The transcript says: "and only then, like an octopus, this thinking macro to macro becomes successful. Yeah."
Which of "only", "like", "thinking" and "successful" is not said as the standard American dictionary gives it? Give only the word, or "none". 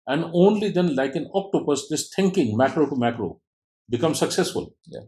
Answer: thinking